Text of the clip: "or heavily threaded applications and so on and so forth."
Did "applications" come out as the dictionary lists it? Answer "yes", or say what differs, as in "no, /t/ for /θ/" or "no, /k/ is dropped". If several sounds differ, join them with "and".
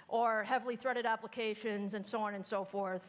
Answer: yes